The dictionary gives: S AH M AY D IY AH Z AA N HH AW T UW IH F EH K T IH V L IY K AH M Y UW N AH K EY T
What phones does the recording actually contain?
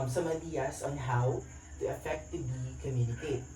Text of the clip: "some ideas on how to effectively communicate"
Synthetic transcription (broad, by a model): S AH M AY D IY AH S AA N HH AW T UW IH F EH K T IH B IY K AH M Y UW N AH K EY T